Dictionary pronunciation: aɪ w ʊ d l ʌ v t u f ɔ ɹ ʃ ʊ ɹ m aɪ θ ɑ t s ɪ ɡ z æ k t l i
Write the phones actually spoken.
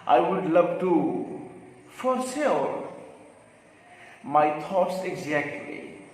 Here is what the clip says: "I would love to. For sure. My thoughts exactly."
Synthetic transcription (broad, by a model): aɪ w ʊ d l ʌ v t u f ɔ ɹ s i l m aɪ t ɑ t s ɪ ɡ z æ k t l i